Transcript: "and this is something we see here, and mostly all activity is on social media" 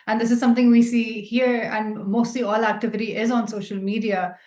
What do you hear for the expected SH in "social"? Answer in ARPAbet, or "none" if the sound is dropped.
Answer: SH